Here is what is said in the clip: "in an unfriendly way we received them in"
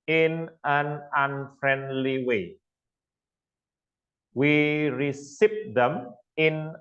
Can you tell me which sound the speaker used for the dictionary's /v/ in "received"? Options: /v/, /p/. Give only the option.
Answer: /p/